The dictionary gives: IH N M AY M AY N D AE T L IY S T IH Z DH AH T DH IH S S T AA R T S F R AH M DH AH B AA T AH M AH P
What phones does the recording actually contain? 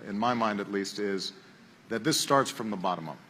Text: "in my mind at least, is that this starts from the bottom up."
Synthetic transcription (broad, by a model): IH N M AY M AY N D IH T L IY S T IH Z DH AH T DH IH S S T AA R T S F R AH M DH AH B AA T AH M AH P